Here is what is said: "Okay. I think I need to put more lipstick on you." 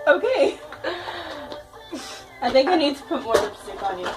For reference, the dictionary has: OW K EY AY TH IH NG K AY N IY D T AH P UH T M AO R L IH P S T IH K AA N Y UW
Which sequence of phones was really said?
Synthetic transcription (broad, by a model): OW K EY AY TH IH NG K AY N IY D T AH P UH T M AO R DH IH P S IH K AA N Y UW